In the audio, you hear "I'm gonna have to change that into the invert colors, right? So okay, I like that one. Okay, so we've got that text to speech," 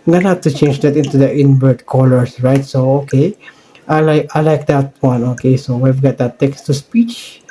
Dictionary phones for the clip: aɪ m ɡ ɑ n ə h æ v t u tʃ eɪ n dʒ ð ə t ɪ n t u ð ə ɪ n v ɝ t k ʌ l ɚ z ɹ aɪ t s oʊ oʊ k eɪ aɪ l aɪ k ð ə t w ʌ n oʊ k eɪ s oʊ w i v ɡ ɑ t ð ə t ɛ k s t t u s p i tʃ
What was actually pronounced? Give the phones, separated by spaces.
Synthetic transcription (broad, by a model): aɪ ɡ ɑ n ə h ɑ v t u tʃ eɪ n dʒ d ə t ɪ n t u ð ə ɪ n b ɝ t k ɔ l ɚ s ɹ aɪ t s oʊ oʊ k eɪ aɪ l aɪ k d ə t w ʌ n oʊ k eɪ s oʊ w i v ɡ ɑ t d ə t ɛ k s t t u s p i tʃ